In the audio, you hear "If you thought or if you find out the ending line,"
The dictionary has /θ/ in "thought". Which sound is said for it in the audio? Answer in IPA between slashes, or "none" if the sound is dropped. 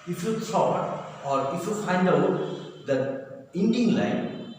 /s/